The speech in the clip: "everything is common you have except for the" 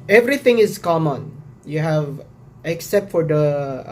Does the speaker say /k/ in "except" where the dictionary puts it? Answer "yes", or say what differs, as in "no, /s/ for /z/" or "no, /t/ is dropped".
yes